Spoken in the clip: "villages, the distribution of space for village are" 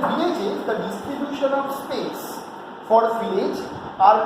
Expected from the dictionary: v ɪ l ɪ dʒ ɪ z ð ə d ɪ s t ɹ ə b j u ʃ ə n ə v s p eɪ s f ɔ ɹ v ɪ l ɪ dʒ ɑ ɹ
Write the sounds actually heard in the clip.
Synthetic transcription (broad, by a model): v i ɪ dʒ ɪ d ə d ɪ s t ɹ ə b j u ʃ ə n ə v s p eɪ s f ɔ ɹ f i ɪ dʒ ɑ ɹ